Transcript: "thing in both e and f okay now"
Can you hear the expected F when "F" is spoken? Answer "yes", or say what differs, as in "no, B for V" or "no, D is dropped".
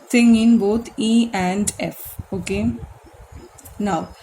yes